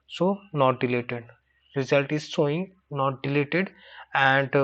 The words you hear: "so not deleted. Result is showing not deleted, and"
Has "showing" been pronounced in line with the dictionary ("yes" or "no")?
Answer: no